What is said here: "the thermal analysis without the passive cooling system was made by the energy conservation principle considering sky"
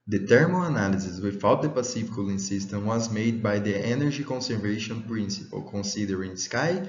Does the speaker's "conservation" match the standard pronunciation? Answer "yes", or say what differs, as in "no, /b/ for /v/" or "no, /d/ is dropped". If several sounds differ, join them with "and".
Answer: yes